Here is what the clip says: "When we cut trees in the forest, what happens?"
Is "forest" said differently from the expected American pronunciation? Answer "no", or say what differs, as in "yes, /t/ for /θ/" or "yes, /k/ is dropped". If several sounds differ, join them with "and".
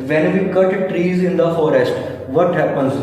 no